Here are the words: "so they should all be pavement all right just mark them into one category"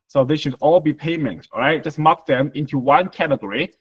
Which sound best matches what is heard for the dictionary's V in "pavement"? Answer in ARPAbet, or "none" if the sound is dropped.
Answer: none